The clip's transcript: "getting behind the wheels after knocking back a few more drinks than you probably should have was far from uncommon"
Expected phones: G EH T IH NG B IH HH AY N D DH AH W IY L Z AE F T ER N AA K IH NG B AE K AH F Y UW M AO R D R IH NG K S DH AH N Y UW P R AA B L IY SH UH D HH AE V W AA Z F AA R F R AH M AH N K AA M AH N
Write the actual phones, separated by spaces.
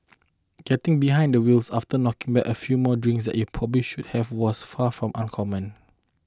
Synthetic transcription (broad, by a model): G EH T IH NG B IH HH AY N D AH W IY L S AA F T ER N AA K IH NG B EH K AH F Y UW M AO D R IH NG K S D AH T Y UW P R AA B L IY SH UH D HH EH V W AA S F AA F R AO M AH N K AA M AH N